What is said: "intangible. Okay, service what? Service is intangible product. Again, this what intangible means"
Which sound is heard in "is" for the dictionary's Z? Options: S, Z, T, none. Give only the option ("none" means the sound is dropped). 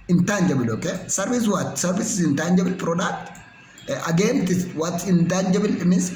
S